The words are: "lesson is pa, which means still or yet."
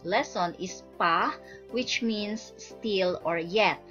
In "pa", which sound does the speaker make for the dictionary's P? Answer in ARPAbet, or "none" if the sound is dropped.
P